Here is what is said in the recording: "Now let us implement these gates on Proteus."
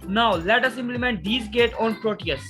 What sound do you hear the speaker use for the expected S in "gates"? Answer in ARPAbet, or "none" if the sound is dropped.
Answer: none